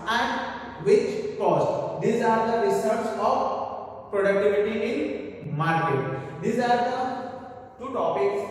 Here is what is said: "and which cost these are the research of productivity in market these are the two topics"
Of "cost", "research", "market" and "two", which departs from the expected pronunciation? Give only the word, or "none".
research